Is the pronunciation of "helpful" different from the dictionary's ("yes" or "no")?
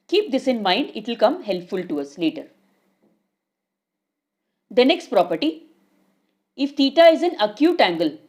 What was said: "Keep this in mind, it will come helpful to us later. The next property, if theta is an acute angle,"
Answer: no